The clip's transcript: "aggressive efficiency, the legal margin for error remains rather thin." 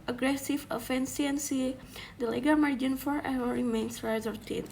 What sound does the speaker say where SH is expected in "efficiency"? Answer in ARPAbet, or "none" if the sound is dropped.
S